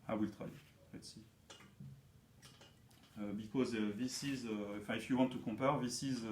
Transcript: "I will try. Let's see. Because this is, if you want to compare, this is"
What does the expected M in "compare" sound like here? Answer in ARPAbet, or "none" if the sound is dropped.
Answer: none